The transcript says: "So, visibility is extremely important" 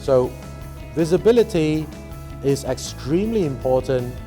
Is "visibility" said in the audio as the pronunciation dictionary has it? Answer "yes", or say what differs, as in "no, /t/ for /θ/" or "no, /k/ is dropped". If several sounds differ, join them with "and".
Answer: yes